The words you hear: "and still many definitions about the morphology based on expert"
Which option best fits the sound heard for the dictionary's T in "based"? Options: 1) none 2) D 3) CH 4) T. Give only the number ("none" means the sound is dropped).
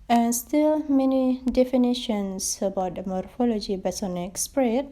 1